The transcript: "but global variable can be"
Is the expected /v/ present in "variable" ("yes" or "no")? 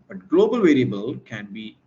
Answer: yes